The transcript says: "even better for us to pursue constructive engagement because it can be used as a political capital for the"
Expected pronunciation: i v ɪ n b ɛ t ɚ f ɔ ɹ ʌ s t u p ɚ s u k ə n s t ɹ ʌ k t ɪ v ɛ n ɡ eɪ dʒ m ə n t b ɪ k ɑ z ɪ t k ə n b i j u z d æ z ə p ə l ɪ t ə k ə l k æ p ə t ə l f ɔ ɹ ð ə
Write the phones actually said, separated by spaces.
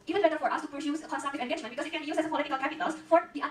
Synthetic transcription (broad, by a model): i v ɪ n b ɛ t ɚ f ɔ ɹ ʌ s t u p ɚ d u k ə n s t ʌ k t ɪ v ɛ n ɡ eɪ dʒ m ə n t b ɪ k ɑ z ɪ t k ə n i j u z æ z ə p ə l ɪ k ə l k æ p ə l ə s f ɔ ɹ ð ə